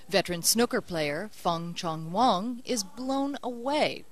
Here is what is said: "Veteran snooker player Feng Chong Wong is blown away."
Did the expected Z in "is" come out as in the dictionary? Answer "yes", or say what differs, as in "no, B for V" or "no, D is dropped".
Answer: yes